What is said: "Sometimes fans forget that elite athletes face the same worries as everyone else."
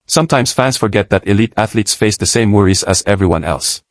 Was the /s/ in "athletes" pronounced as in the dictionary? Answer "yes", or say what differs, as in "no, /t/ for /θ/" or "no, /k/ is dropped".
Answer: yes